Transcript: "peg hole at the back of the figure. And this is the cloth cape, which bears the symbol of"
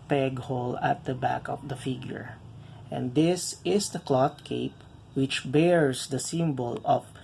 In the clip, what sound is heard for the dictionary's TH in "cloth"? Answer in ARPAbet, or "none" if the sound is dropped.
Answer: T